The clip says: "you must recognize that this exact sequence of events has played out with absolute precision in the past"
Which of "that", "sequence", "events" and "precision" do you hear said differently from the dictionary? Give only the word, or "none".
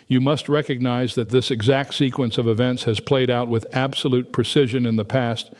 none